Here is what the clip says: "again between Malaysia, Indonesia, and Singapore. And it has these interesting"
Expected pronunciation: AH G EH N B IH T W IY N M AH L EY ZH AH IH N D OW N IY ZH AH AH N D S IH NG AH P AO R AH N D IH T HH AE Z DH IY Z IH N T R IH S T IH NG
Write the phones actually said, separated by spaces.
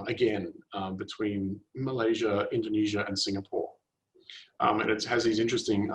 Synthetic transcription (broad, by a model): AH G EH N B IH T W IY N M AH L EY ZH AH IH N D OW N IY ZH AH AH N S IH NG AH P AO R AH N IH T HH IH Z DH IY Z IH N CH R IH S T IH NG